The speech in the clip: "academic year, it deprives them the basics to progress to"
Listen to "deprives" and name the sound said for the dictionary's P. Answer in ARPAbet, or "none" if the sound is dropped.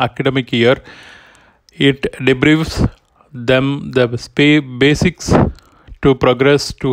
B